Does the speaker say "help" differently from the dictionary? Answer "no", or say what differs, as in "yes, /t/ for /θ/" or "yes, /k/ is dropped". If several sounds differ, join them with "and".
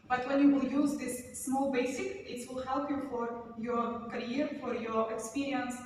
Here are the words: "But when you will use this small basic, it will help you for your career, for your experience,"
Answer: no